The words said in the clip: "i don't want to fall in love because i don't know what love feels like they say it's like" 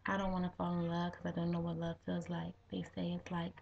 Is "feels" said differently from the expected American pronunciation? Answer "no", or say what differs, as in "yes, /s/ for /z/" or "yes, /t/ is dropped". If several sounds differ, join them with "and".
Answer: yes, /l/ is dropped